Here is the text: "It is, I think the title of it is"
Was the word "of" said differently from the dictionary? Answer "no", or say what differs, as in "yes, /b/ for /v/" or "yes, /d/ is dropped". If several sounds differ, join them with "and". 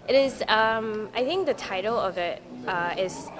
no